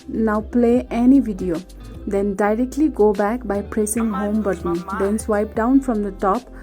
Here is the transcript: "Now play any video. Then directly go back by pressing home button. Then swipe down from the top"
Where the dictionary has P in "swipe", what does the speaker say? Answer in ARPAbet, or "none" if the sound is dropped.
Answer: P